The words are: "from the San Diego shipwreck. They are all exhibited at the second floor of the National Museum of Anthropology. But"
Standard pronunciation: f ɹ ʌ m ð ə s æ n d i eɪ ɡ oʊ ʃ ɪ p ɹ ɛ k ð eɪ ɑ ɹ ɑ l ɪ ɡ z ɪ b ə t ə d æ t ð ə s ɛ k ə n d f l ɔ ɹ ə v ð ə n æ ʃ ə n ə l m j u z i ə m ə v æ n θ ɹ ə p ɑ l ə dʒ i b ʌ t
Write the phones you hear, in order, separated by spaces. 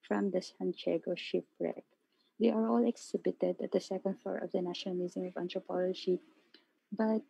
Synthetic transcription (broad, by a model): f ɹ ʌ m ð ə s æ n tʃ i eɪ ɡ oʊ ʃ ɪ p ɹ ɛ k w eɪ ɑ ɹ ɑ l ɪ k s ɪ b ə t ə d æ t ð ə s ɛ k ə n d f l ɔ ɹ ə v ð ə n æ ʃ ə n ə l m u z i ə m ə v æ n t ɹ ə p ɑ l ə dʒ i b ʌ t